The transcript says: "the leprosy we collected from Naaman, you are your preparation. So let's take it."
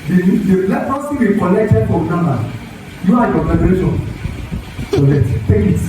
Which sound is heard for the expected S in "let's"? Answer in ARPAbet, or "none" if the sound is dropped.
none